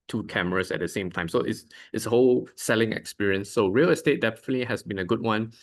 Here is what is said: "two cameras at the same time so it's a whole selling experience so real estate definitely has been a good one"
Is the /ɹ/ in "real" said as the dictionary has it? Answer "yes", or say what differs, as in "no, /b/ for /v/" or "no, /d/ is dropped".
yes